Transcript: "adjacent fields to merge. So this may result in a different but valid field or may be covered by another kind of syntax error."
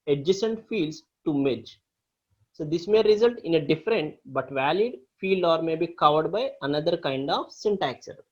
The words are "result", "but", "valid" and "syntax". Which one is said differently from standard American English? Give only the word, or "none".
none